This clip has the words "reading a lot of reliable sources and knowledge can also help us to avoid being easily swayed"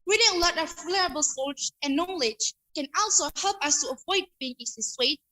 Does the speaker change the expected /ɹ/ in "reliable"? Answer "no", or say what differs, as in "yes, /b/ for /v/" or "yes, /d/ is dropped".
yes, /l/ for /ɹ/